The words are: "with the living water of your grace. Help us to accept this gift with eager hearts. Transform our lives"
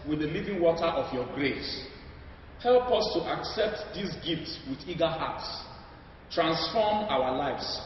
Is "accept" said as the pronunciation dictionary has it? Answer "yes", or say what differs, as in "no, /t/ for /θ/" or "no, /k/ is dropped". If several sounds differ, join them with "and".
yes